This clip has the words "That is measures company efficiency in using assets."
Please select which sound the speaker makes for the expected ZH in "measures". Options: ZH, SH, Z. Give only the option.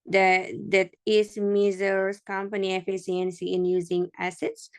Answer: Z